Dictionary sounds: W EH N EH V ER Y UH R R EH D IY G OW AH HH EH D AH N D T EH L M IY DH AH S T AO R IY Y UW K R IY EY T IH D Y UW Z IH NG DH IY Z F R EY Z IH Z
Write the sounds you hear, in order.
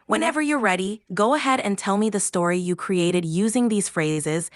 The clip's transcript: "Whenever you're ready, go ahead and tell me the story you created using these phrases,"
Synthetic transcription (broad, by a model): W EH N EH V ER Y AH R R EH D IY G OW AH HH EH D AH N T EH L M IY DH AH S T AO R IY Y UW K R IY EY T IH D Y UW Z IH NG DH IY Z F R EY Z IH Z